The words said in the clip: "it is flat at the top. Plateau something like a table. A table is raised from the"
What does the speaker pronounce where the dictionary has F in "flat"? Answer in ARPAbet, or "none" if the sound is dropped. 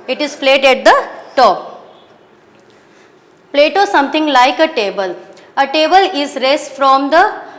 P